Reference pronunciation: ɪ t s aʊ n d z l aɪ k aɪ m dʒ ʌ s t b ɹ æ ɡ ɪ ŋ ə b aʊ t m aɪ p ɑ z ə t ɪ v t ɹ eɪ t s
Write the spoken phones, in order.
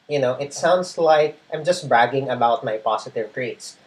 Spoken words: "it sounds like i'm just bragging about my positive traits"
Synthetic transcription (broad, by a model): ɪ t s aʊ n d s l aɪ k aɪ m dʒ ʌ s t b ɹ æ ɡ ɪ ŋ ə b aʊ t m aɪ p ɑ s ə t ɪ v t ɹ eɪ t s